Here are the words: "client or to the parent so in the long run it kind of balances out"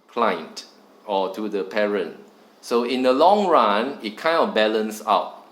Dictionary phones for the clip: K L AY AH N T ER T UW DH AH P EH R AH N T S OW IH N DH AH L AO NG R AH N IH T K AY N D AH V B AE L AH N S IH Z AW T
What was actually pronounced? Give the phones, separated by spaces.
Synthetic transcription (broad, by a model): K L AY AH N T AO T UW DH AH P EH R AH N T S OW IH N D AH L AO NG R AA N IH T K AY N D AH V B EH L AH N S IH UH T